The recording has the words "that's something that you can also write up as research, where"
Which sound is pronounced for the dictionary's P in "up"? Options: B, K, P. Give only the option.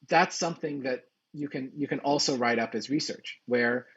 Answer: P